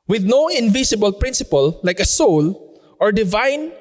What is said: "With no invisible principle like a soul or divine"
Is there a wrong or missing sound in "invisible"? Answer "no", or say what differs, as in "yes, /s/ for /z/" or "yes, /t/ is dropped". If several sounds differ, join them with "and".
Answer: yes, /s/ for /z/